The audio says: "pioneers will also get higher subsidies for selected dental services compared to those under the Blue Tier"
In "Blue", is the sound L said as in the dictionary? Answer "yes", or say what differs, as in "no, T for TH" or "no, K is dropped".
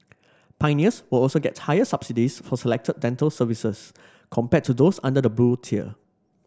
no, L is dropped